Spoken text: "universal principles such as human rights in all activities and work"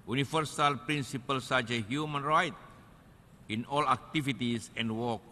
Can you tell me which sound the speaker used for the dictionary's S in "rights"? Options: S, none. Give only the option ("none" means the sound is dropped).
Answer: none